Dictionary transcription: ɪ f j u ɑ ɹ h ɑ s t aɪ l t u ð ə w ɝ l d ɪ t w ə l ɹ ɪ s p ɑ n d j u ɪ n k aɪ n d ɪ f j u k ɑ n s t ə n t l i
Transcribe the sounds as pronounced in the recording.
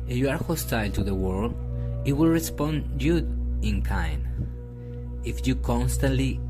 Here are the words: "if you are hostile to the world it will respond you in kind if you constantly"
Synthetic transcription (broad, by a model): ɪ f j u ɑ ɹ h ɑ s t aɪ l t u ð ə w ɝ l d ɪ t w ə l ɹ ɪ s p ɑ n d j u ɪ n k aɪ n ɪ f j u k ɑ n s t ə n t l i